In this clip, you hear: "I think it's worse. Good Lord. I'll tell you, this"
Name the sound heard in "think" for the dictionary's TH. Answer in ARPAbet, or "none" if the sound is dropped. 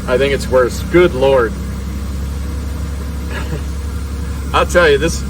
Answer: TH